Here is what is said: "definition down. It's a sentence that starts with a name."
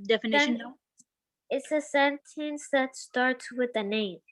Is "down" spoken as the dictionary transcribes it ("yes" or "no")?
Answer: no